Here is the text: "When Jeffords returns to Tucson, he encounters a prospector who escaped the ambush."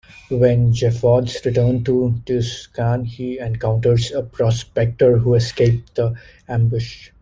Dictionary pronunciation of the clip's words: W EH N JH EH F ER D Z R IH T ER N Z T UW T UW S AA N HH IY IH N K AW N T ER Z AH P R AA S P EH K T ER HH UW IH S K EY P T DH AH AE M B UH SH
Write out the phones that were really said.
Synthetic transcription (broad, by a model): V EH N JH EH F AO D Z R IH T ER N T UW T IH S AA N HH IY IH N K AW N T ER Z AH P R AA S P EH K T ER HH UW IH S K EY P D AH AE M B UH SH